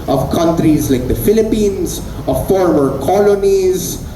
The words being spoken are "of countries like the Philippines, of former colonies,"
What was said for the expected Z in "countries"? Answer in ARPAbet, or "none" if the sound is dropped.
Z